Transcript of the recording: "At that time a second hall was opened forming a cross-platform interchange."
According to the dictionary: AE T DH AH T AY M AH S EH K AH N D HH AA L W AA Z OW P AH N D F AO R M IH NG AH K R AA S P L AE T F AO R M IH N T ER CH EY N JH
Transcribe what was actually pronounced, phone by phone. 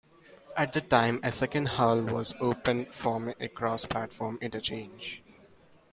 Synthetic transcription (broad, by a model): AE T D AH T AY M AH S EH K AH N D HH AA L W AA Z OW P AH N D F R IH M AH K R AA S P L AE T F AO R M IH N T ER CH EY N JH